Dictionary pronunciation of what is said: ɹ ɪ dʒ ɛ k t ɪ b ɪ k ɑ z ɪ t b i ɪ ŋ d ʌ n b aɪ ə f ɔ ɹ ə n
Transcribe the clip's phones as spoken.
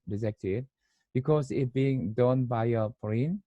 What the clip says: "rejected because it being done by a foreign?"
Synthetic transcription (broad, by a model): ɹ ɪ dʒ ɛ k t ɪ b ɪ k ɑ s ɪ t b i ɪ ŋ d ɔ n b aɪ ə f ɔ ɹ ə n